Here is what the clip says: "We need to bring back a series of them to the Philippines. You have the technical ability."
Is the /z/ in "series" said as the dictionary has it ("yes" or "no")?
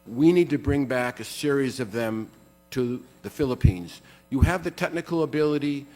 yes